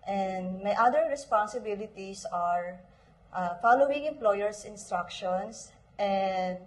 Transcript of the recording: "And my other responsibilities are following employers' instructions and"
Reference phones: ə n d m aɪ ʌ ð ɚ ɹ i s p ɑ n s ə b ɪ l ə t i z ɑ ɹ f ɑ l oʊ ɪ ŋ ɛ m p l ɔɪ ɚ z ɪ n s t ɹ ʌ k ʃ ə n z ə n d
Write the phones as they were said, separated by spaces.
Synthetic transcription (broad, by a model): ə n d m aɪ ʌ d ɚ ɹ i s p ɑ n s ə b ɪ l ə t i s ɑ ɹ f ɑ l oʊ ɪ ŋ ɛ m p l ɔɪ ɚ s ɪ n s t ɹ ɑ k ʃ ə n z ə n d